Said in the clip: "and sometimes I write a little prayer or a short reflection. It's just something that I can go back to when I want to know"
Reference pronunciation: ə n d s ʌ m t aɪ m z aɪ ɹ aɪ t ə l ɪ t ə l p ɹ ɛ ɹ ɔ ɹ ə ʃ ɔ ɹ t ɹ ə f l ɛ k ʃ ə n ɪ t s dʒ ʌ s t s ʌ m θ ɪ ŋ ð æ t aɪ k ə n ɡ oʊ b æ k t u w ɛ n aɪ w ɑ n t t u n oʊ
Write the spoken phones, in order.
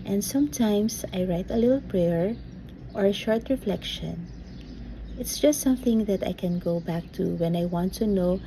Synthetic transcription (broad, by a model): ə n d s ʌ m t aɪ m s aɪ ɹ aɪ t ə l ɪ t l p ɹ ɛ ɹ ɔ ɹ ə ʃ ɔ ɹ t ɹ ə f l ɛ k ʃ ə n ɪ t s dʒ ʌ s t s ʌ m θ ɪ ŋ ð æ t aɪ k ə n ɡ oʊ b æ k t u w ɛ n aɪ w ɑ n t t u n oʊ